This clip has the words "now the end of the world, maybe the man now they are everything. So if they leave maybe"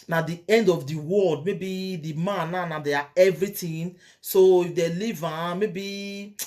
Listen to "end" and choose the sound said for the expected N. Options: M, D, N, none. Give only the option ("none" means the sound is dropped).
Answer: N